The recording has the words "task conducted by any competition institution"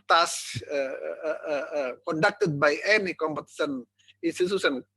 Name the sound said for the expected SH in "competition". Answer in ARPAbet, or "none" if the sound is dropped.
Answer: S